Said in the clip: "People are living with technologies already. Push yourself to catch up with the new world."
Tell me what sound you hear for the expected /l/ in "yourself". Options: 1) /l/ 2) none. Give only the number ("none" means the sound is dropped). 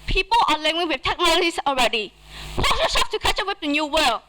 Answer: 2